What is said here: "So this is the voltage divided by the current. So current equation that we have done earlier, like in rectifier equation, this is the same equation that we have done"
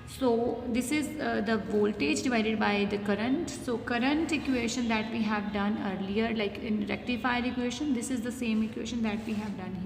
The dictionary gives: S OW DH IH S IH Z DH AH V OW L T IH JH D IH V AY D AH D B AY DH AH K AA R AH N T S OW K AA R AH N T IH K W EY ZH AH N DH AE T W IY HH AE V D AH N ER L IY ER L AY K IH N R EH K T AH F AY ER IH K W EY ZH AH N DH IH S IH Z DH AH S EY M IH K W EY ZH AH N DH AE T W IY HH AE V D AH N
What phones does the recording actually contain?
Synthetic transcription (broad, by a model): S OW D IH S IH Z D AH V OW L T IH JH D IH V AY D AH D B AY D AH K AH R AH N T S OW K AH R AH N T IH K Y EY SH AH N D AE T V IY HH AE V D AH N ER L IY ER L AY K IH N R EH K T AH F AY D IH K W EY SH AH N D IH S IH Z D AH S EY M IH K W EY SH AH N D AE T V IY HH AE V D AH N